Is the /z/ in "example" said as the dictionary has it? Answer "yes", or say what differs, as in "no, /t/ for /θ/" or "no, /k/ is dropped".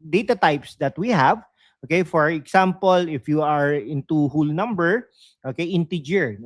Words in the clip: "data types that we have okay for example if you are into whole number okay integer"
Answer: no, /s/ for /z/